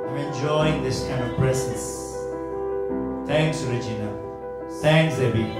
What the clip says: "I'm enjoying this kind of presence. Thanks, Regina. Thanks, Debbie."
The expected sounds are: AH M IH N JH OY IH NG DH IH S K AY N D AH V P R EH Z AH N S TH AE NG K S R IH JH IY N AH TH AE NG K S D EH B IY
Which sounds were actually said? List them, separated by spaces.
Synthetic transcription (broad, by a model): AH IH N JH OY IH NG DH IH S K AY N D AH V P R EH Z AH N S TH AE NG K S R IH JH IY N AH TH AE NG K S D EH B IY